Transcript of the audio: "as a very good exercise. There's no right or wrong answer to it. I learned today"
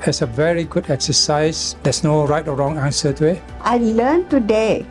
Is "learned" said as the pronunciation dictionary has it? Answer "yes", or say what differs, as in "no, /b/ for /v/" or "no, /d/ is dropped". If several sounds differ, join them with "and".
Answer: no, /l/ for /n/